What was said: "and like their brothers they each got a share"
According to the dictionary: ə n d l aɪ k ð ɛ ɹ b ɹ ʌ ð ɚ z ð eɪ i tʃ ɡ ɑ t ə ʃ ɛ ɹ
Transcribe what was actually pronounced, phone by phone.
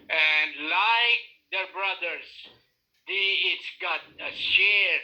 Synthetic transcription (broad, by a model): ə n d l aɪ k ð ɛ ɹ b ɹ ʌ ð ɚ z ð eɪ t s ɡ ɑ t ə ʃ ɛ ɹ